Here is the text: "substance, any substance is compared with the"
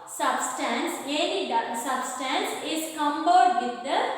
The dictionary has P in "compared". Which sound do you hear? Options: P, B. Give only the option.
B